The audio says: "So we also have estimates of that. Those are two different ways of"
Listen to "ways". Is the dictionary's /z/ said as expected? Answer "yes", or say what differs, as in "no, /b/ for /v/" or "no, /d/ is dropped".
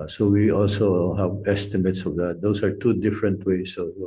no, /s/ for /z/